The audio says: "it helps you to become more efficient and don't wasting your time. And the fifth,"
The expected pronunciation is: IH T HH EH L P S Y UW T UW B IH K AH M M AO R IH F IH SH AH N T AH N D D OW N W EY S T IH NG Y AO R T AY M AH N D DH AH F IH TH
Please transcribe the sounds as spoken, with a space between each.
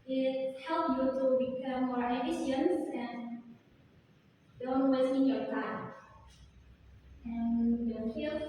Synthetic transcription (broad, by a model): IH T HH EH L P Y UW T UW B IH K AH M M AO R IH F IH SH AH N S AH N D D OW N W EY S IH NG Y AO R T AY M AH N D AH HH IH